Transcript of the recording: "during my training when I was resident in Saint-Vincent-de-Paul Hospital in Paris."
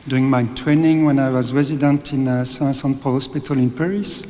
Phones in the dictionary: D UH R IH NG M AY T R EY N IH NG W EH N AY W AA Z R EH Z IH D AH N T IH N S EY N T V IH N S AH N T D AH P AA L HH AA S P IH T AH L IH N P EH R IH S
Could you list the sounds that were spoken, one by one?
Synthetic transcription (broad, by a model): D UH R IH NG M AY T R EY N IH NG W EH N AY W AA Z R EH Z IH D AH N T IH N S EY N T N S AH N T P AA L HH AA S P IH T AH L IH N P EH R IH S